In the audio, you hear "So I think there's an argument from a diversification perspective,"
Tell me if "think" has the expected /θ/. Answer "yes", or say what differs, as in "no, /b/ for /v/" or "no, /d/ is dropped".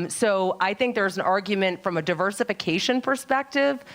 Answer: yes